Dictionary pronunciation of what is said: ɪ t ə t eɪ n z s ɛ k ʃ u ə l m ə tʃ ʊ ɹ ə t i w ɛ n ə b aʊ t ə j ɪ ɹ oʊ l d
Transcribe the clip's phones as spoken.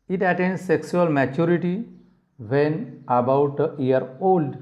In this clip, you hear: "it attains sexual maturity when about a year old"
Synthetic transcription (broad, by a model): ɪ t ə t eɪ n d s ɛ k s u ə l m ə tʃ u ɹ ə t i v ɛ n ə b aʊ t ə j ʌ ɹ oʊ l d